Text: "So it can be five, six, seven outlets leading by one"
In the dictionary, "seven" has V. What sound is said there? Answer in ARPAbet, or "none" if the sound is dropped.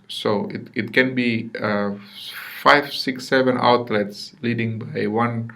V